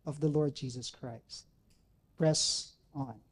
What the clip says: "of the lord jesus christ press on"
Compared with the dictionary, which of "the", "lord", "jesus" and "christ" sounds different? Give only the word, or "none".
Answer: none